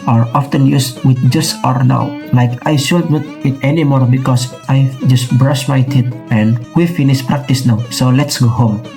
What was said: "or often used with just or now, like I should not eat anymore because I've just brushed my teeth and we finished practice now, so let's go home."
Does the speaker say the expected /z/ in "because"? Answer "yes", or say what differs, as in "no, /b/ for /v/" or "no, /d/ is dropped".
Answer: no, /s/ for /z/